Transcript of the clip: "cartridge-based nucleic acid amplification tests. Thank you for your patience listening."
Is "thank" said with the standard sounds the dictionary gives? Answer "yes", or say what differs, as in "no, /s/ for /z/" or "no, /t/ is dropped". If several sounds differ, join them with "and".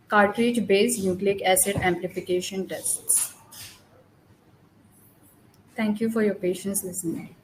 no, /t/ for /θ/